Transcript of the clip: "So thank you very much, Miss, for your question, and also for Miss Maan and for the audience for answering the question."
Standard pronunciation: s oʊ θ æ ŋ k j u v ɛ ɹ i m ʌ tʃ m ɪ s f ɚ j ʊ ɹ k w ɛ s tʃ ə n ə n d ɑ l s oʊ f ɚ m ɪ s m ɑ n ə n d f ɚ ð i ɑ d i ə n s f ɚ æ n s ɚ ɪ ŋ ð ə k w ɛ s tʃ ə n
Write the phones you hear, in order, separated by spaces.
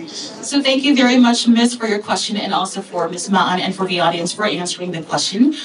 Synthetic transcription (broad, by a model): s oʊ θ æ ŋ k j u v ɛ ɹ i m ʌ tʃ m ɪ s f ɚ j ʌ ɹ k w ɛ s tʃ ə n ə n ɑ l s oʊ f ɚ m ɪ s m ɑ n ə n f ɚ ð i ɑ d i ə n s f ɚ æ n s ɚ ɪ ŋ ð ə k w ɛ s tʃ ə n